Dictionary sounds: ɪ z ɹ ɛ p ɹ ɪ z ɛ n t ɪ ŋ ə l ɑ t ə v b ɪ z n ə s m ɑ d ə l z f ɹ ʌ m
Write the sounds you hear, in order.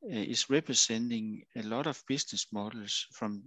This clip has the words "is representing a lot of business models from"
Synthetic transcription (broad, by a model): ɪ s ɹ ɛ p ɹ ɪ s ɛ n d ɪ ŋ ə l ɑ t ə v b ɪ s n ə s m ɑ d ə l s f ɹ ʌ m